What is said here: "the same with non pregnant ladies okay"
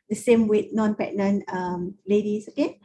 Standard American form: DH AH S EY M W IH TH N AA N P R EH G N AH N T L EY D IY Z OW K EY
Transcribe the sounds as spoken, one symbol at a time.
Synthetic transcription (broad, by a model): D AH S EY M W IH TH N AA N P EH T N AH N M L EY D IY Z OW K EY